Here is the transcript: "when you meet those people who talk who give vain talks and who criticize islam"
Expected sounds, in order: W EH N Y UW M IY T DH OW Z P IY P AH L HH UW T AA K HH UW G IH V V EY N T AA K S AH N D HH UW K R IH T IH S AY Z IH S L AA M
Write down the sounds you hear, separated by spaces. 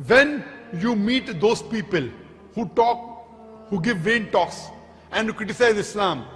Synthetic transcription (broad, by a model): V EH N Y UW M IY T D OW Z P IY P AH L HH UW T AA K HH UW G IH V V EY N T AA K S AH N D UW K R IH T IH S AY Z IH S L AA M